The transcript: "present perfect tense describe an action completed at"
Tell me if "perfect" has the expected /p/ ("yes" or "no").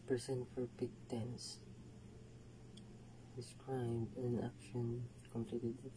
no